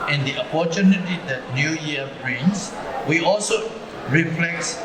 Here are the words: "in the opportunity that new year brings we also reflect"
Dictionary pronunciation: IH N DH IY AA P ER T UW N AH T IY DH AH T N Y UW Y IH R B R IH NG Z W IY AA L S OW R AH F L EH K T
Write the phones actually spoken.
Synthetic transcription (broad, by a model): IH N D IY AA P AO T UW N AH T IY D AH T N Y UW Y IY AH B R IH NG S W IY AA L S OW R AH F L EH K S